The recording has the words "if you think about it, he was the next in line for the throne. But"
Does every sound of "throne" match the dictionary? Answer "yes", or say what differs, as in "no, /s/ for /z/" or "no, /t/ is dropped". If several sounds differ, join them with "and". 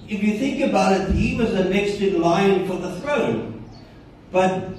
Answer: yes